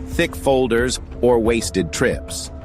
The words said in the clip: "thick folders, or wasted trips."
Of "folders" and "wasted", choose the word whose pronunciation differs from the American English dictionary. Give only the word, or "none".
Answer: none